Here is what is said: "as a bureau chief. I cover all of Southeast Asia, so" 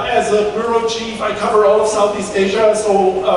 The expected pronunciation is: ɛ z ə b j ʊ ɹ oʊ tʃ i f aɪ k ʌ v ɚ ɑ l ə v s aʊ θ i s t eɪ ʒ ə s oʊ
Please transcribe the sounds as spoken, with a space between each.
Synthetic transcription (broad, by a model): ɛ z ə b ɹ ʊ ɹ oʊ tʃ i f aɪ k ʌ v ɚ ɑ l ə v s aʊ θ i s t eɪ ʒ ə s oʊ